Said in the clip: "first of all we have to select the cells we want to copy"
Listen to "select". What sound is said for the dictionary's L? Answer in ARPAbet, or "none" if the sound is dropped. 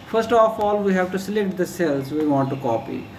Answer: L